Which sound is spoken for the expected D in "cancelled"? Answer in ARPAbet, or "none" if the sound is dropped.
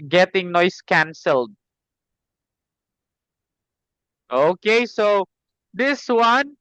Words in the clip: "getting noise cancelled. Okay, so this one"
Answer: D